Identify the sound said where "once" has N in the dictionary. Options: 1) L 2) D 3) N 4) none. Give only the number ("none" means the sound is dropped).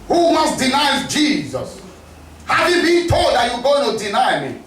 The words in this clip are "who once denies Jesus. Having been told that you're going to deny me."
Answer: 4